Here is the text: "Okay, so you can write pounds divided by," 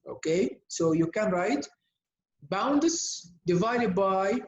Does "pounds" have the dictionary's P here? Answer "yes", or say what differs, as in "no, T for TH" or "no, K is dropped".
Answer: no, B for P